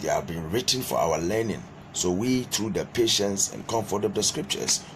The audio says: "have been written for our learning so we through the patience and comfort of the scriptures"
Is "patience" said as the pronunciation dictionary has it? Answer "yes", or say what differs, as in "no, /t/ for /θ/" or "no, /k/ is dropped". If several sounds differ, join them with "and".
yes